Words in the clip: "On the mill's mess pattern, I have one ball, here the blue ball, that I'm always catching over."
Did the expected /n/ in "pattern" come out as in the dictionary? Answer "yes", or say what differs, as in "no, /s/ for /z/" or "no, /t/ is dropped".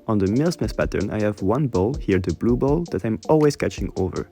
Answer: yes